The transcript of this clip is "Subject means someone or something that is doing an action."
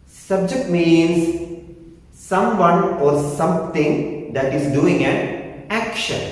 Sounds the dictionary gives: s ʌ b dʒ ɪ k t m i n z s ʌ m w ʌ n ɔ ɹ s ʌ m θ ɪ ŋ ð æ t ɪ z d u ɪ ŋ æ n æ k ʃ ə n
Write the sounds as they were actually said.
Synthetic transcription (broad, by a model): s ʌ b dʒ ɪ k t m i n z s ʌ m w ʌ n ɔ ɹ s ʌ m t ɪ ŋ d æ t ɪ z d u ɪ ŋ æ n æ k ʃ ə n